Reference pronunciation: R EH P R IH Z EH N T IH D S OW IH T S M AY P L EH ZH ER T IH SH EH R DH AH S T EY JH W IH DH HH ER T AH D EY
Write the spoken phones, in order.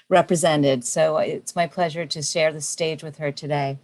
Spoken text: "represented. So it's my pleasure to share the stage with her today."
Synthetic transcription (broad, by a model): R EH P R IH Z EH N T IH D S OW IH T S M AY P L EH ZH ER T IH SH EH R DH AH S T EY JH W IH DH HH ER T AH D EY